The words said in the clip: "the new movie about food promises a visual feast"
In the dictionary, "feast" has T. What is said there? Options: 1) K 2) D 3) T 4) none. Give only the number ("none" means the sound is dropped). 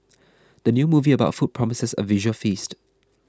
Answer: 3